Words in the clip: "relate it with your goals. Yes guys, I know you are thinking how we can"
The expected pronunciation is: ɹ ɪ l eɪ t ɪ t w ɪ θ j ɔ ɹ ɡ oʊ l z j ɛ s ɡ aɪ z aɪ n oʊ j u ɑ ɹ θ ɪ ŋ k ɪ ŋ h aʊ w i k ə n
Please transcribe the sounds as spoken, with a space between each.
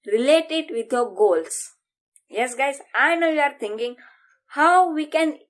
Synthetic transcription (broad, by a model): ɹ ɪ l eɪ t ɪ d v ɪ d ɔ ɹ ɡ oʊ l s j ɛ s ɡ aɪ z aɪ n oʊ j u ɑ ɹ t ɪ ŋ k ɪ ŋ h aʊ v i k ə n